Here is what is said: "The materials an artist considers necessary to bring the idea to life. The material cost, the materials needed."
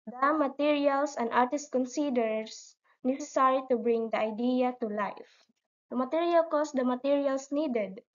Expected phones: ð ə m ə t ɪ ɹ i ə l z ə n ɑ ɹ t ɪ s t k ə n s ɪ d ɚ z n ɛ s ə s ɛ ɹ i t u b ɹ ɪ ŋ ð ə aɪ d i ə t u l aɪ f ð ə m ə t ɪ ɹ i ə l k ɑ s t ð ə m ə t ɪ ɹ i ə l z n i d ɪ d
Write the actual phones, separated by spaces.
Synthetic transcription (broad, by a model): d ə m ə t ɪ ɹ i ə l s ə n ɑ ɹ t ɪ s t k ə n s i d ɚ s n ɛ s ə s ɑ ɹ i t u b ɹ ɪ ŋ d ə aɪ d i ə t u l aɪ f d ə m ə t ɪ ɹ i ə l k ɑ s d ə m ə t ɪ ɹ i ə l s n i d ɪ d